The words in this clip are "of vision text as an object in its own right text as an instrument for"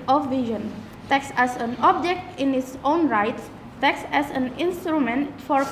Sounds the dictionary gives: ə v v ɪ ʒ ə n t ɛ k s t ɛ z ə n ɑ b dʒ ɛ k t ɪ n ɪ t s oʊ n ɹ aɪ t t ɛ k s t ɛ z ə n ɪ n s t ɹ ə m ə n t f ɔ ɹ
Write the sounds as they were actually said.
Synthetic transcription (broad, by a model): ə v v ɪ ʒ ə n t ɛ k s ɛ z ə n ɑ b dʒ ɛ k t ɪ n ɪ t s oʊ n ɹ aɪ t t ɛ k s ɛ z ə n ɪ n s t ɹ ə m ə n t f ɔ ɹ